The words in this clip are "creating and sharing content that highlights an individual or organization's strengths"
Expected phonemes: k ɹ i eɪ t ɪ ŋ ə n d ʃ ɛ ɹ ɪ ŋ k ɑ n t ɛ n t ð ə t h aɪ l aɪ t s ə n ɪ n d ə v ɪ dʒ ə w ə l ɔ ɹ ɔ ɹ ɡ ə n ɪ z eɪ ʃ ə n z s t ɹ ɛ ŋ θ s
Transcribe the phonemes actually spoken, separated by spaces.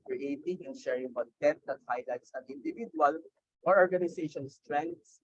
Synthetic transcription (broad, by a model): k ɹ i eɪ t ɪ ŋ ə n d ʃ ɛ ɹ ɪ ŋ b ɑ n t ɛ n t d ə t h aɪ l aɪ t s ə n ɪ n d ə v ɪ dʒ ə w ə l ɔ ɹ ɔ ɹ ɡ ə n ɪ s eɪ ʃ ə n s t ɹ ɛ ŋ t s